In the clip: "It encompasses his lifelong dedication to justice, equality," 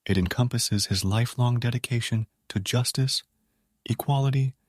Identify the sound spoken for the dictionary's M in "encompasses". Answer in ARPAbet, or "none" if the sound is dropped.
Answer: M